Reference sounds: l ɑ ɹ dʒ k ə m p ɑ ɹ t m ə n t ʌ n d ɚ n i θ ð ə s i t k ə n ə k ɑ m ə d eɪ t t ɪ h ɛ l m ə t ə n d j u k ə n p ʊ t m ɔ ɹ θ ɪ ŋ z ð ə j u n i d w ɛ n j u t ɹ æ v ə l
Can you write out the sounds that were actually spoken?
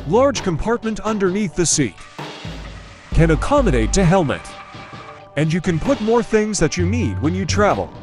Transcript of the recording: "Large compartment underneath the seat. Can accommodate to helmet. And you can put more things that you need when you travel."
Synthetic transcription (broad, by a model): l ɑ ɹ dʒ k ə m p ɑ ɹ t m ə n t ʌ n d ɚ n i θ ð ə s i t k ə n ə k ɑ m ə d eɪ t t ɪ h ɛ l m ə t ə n j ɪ k ə n p ʊ t m ɔ ɹ θ ɪ ŋ z ð ə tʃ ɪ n i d w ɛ n j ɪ t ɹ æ v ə l